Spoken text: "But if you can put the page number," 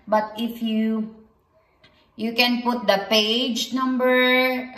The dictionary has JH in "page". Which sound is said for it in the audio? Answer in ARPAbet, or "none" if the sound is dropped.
JH